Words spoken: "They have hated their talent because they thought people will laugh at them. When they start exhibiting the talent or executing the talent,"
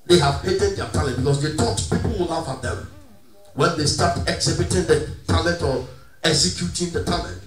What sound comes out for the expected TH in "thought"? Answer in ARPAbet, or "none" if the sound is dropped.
T